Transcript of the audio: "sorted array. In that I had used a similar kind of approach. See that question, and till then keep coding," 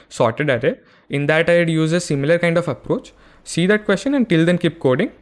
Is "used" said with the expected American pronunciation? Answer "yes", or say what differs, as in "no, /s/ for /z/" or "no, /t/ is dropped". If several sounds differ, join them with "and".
no, /d/ is dropped